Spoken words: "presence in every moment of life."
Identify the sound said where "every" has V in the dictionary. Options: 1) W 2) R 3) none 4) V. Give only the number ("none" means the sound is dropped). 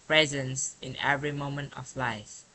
4